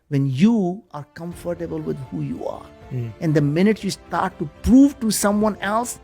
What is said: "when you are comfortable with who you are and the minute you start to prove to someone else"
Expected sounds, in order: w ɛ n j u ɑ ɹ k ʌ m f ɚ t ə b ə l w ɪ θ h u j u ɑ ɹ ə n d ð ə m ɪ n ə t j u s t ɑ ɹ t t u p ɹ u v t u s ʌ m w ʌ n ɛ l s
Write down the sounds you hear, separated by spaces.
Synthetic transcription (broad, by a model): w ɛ n j u ɑ ɹ k ʌ m f ɚ t ə b ə l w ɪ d h u j u ɑ ɹ ə n d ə m ɪ n ə t j u s t ɑ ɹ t t u p ɹ u v t u s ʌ m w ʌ n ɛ l s